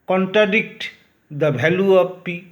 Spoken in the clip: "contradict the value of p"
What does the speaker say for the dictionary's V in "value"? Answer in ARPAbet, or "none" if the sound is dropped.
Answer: B